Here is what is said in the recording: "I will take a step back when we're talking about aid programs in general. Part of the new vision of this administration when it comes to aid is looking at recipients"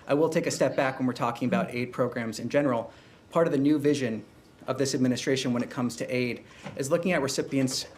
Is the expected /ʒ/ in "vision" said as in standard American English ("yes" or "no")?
yes